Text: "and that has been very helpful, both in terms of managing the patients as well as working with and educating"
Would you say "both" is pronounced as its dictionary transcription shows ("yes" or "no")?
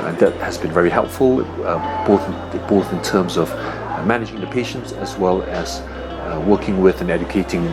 yes